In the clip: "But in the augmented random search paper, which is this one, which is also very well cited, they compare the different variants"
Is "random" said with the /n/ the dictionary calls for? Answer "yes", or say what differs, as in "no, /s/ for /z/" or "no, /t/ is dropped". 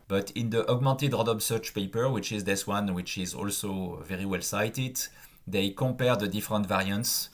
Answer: no, /n/ is dropped